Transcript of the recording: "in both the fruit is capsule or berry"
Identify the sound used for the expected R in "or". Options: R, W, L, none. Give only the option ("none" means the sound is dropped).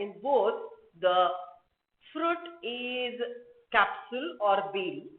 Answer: R